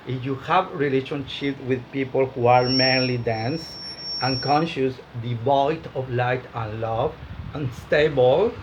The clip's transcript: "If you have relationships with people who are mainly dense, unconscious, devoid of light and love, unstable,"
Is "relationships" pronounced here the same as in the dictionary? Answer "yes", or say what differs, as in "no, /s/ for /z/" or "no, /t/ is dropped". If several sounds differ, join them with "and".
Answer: no, /s/ is dropped